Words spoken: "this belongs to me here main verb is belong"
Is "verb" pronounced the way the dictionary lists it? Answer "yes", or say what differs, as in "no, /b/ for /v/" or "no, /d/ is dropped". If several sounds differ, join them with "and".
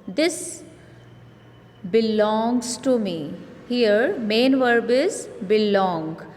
yes